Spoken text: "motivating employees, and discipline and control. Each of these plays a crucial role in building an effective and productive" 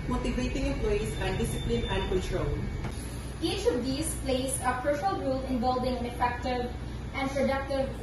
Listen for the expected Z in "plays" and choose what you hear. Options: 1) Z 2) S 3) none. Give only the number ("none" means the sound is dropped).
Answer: 2